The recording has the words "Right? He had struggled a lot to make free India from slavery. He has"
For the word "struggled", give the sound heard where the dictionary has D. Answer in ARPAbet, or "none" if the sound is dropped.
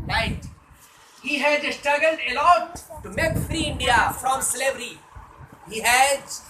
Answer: D